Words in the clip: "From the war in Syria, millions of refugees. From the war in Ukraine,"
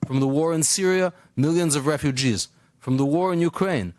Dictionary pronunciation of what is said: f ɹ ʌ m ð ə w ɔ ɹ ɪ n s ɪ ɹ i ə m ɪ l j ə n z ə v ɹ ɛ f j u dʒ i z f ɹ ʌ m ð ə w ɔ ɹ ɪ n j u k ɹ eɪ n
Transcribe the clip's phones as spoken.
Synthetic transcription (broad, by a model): f ɹ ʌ m ð ə w ɔ ɹ ɪ n s ɪ ɹ i ə m ɪ l j ə n z ə v ɹ ɛ f j u dʒ i z f ɹ ʌ m ð ə w ɔ ɹ ɪ n j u k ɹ eɪ n